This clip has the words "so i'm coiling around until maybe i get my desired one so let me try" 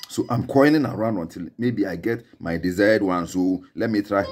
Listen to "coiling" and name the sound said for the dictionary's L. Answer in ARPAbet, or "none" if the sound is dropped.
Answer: N